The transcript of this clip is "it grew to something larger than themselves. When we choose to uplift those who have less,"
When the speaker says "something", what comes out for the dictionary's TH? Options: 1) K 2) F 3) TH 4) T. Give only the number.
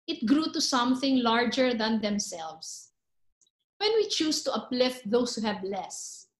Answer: 3